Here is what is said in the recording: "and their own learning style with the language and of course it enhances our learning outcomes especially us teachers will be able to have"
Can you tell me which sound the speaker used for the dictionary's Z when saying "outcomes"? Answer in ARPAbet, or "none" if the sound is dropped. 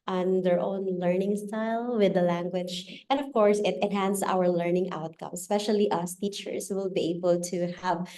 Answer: none